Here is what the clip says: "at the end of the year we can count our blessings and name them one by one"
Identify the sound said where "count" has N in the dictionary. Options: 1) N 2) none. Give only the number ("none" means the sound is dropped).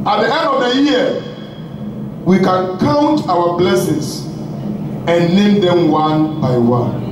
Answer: 1